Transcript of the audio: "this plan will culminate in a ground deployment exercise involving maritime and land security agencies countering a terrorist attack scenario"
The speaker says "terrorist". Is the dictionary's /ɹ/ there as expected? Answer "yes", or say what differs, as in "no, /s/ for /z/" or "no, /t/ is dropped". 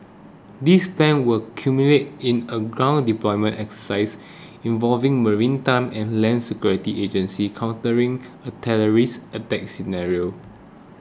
no, /l/ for /ɹ/